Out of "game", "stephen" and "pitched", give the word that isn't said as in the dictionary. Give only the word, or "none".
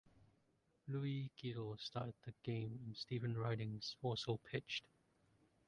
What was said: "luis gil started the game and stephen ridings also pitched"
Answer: none